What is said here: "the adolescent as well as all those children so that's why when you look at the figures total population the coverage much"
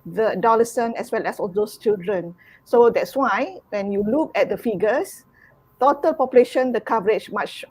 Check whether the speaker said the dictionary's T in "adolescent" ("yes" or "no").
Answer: no